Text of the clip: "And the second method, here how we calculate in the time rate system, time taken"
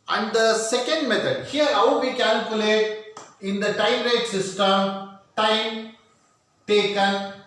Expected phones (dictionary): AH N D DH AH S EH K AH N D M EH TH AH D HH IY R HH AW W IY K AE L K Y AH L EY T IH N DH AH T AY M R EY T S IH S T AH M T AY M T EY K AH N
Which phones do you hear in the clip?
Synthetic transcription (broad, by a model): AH N D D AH S EH K AH N D M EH T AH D HH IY R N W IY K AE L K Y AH L EY T IH N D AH T AY M R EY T S IH S T AH M T AY M T EY K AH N